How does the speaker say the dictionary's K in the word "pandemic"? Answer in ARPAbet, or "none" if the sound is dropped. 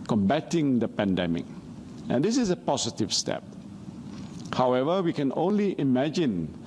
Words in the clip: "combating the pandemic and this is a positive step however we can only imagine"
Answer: K